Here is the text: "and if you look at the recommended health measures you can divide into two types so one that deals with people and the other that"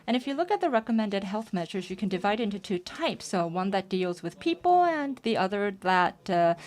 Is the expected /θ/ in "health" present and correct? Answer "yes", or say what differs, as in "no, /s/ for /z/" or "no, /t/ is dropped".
yes